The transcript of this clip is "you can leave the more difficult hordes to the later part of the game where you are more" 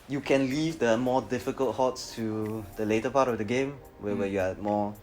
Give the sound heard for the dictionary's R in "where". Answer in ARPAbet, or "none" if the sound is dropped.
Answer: W